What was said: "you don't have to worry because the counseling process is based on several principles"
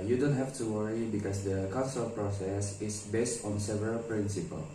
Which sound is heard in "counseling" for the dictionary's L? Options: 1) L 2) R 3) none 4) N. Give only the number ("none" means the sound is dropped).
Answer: 3